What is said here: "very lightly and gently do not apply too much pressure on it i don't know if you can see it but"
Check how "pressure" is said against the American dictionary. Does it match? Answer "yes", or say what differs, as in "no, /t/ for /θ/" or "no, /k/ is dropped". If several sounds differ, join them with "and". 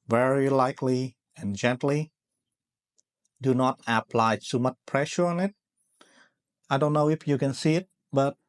yes